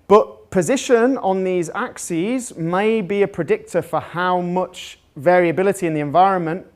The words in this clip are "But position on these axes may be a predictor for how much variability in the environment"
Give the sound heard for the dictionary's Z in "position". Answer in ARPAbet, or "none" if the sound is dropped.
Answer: Z